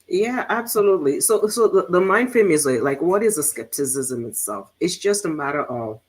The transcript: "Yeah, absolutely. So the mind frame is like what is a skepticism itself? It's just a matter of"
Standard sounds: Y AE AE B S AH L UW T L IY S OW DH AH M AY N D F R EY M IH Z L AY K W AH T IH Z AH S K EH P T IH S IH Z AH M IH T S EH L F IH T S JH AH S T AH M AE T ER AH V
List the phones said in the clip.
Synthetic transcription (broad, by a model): Y AE AE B S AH L UW T L IY S OW DH AH M AY N D F IH M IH Z L AY K W AH T IH Z AH S K EH P T IH S IH Z AH M IH T S EH L F IH T S JH AH S T AH M AE T ER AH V